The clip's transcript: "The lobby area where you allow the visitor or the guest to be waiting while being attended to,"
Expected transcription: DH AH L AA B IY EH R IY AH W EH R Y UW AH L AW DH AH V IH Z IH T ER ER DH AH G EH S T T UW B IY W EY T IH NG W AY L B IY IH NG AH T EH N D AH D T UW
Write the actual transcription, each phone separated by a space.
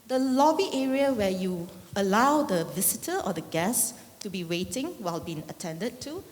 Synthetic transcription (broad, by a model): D AH L AA B IY EH R IY AH W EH Y UW AH L AW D AH V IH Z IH T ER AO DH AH G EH S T T UW B IY W EY T IH NG W AY L B IY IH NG AH T EH N D AH D T UW